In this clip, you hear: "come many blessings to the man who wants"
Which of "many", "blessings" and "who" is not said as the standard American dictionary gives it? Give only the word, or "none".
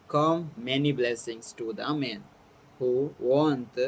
blessings